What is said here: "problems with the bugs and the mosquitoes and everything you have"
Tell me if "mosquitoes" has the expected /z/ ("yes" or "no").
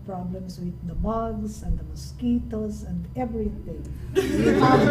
no